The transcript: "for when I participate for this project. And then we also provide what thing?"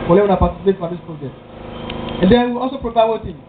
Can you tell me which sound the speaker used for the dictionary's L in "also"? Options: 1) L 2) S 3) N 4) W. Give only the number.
1